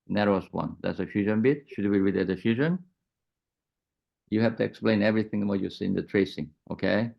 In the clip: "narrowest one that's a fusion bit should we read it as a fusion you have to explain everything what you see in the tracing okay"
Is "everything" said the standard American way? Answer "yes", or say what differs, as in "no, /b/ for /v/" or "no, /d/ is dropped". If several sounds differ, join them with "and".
yes